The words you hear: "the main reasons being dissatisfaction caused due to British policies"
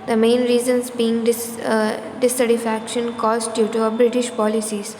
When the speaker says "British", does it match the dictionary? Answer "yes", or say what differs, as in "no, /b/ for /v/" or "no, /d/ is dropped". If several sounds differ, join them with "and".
yes